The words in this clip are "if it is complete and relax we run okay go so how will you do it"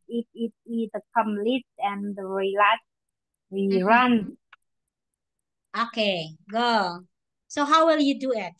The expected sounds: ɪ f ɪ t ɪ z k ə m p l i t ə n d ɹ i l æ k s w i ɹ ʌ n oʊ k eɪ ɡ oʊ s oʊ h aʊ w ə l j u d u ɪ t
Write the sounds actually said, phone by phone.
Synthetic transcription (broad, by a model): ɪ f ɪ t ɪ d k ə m l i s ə n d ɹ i l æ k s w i ɹ ʌ n oʊ k eɪ ɡ oʊ s oʊ h aʊ w ə l j u d u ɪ t